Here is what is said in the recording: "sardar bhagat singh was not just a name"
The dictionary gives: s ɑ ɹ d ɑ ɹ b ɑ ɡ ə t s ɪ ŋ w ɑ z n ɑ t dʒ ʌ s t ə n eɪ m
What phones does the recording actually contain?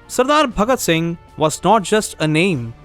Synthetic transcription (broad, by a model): s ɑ ɹ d ɑ ɹ b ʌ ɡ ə t s ɪ ŋ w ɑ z n ɑ t dʒ ʌ s t ə n eɪ m